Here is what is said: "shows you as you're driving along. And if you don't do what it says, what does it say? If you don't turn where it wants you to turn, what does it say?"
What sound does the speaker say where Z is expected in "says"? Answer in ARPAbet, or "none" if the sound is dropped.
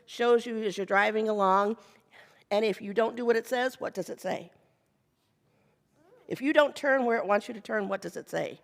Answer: Z